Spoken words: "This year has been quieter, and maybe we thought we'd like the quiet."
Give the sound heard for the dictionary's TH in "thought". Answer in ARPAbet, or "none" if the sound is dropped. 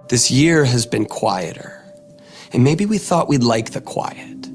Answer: TH